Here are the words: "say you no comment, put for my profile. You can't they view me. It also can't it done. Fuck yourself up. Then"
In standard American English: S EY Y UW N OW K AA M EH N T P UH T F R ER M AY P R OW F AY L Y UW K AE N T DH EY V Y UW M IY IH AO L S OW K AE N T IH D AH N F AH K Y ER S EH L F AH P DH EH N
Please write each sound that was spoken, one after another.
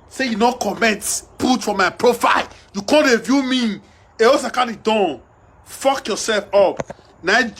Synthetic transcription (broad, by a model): S EY Y UW N OW K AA M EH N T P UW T F R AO M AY P R OW F AY L Y UW K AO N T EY V Y UW M IY IH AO S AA K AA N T IH D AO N F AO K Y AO S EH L F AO P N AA